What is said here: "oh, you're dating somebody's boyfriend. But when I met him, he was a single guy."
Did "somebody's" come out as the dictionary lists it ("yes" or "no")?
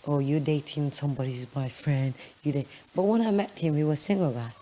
yes